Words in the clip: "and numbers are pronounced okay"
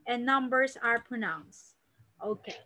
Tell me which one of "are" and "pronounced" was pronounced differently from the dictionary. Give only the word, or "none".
none